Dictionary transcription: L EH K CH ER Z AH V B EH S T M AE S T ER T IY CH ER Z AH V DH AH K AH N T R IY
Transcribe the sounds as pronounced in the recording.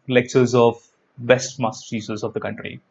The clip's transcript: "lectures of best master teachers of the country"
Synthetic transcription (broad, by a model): L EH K CH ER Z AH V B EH S T M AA S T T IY S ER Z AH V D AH K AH N T R IY